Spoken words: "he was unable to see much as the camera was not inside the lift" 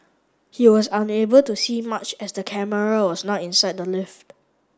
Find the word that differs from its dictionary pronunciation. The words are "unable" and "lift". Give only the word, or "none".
none